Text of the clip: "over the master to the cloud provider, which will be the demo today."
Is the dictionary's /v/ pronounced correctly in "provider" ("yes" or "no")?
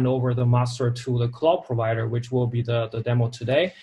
yes